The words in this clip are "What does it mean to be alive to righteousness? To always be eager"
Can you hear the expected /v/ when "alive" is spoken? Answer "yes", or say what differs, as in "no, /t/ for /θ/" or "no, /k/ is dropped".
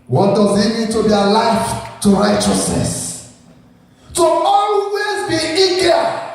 no, /f/ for /v/